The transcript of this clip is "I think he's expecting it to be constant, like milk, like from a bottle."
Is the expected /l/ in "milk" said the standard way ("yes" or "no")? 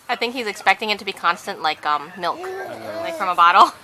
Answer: yes